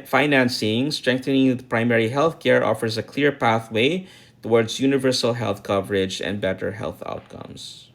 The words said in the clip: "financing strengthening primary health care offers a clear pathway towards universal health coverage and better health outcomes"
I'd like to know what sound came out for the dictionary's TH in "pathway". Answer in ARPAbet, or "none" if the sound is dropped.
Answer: TH